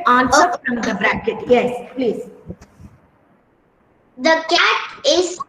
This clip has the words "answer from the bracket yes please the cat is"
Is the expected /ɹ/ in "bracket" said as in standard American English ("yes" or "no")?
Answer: yes